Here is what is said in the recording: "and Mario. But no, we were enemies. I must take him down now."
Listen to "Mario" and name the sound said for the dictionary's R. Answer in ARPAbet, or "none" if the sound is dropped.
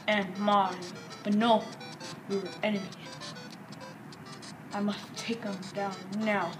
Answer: none